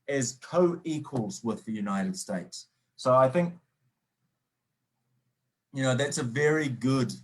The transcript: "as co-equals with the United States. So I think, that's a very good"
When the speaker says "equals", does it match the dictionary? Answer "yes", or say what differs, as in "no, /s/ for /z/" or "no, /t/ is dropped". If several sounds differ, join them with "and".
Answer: yes